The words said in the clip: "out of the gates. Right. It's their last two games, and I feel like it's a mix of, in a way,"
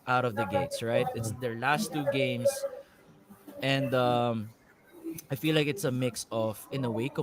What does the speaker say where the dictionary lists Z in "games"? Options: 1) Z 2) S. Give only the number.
2